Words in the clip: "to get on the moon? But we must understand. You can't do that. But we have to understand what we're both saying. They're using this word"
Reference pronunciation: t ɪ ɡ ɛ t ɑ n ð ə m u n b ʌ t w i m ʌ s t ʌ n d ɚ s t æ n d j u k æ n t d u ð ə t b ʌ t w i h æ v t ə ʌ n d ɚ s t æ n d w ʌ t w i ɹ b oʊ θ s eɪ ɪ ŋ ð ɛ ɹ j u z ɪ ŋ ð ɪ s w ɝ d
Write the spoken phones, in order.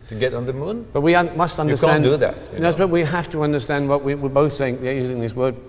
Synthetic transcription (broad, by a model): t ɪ ɡ ɛ t n ð ə m u n b ʌ t w i m ʌ s t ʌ n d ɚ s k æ n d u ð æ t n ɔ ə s b ʌ t w i h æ f t ə ʌ n d ɚ s t æ n d w ʌ t w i w b oʊ θ s eɪ ɪ ŋ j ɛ j u z ɪ ŋ ð ɪ s w ɝ d